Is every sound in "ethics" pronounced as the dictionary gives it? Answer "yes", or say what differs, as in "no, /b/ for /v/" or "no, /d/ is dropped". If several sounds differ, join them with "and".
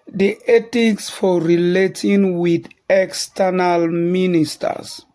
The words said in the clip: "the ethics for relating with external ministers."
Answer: no, /t/ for /θ/